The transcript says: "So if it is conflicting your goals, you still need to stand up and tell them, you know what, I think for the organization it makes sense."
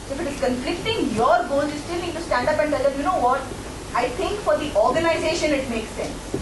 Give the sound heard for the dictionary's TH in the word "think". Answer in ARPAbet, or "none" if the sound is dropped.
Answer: T